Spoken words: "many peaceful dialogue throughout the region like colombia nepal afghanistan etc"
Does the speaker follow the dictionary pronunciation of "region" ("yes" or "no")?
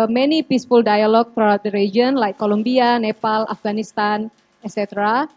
no